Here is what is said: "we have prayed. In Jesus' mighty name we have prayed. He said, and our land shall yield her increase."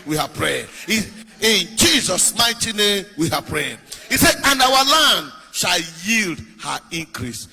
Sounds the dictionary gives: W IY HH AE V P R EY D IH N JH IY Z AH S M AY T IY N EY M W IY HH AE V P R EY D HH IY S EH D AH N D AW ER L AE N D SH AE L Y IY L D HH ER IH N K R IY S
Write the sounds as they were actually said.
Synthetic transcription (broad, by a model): W IY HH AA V P R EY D IH N JH IY Z AH S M AY T IY N EY M W IY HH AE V P R EY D HH IY S EH D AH N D AW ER L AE N D SH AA L Y IY L D HH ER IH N K R IY S